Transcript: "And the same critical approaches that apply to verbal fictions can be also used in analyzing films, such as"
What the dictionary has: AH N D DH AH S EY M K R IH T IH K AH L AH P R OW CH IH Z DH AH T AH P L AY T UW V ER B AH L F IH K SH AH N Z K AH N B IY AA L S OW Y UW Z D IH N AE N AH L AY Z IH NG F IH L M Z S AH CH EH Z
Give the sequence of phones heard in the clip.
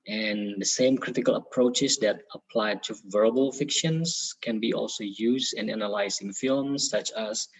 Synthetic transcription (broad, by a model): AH N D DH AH S EY M K R IH T IH K AH L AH P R OW CH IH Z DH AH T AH P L AY T UW V ER B AH L F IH K SH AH N S K AH N B IY AA L S OW Y UW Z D IH N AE N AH L AY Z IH NG F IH L M S AH CH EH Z